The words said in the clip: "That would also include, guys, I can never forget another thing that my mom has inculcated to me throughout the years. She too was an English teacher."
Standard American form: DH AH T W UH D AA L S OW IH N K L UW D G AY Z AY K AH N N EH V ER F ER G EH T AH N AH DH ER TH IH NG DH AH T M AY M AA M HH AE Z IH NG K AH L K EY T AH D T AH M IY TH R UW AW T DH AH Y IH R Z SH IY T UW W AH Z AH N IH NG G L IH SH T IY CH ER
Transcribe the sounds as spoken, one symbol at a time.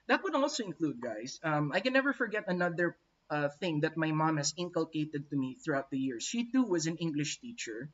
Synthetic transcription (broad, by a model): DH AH T W UH D AA L S OW IH N K L UW D G AY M AY K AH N N EH V ER F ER G EH T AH N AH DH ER TH IH NG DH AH T M AY M AA M HH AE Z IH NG K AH L K EY T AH D T AH M IY TH R UW AW T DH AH Y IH R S SH IY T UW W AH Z AH N IH NG G L IH SH T IY CH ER